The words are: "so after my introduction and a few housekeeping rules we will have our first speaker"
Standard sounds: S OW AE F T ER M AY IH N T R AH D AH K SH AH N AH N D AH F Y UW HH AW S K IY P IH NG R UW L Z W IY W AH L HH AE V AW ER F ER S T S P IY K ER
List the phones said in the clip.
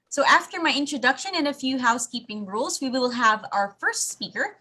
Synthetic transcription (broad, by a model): S OW AE F T ER M AY IH N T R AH D AH K SH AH N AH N AH F Y UW HH AW S K IY P IH NG R UW L Z W IY W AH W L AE V AW ER F ER S T S P IY K ER